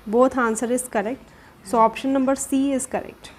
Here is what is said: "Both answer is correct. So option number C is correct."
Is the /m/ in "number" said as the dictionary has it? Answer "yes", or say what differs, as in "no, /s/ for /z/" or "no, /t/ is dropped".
yes